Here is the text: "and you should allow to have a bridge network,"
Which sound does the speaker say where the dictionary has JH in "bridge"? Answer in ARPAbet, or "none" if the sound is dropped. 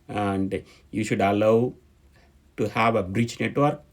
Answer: CH